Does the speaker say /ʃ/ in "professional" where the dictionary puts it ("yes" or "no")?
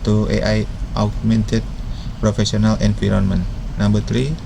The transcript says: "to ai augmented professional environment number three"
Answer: no